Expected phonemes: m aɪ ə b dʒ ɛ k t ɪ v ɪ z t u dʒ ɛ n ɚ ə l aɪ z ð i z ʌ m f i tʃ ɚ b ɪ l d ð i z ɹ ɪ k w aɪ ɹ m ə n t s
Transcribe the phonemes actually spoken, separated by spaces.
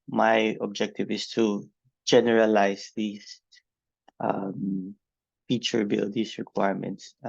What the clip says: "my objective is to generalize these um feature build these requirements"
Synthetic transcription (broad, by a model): m aɪ ə b dʒ ɛ k t ɪ v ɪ s t u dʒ ɛ n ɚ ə l aɪ s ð i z ʌ m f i tʃ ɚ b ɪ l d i s ɹ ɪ k w aɪ ɹ m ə n t s